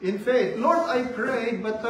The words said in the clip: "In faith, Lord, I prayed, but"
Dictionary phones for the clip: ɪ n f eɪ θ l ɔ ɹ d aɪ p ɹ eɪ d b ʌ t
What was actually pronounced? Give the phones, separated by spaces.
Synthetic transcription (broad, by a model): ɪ n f eɪ t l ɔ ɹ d aɪ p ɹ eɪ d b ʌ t